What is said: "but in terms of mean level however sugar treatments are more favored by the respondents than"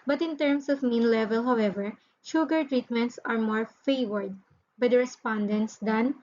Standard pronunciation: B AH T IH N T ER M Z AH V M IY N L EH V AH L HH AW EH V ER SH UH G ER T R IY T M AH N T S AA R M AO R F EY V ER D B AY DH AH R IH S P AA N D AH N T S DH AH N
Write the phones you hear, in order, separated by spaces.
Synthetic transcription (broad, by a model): B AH T IH N T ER M S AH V M IY N L EH V AH L HH AW EH V ER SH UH G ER T R IY T M AH N T S AA R M AO R F EY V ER D B AY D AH R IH S P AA N D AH N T S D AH N